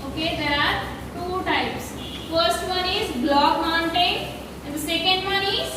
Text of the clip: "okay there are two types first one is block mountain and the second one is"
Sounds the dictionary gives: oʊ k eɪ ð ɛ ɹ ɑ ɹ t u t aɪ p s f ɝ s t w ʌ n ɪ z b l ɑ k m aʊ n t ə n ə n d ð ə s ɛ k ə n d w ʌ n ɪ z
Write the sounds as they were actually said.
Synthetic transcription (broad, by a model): oʊ k eɪ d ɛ ɹ ɑ ɹ t u t aɪ p s f ɝ s t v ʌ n ɪ z b l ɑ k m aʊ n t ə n ə n d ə s ɛ k ə n d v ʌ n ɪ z